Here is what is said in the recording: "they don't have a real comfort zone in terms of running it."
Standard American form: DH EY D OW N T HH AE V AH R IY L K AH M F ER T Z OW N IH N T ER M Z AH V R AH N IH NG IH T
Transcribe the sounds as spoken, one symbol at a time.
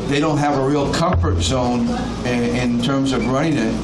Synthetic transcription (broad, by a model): DH EY D OW N T HH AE V AH R IY L K AH M F ER T Z OW N IH N T ER M Z AH V R AH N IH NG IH T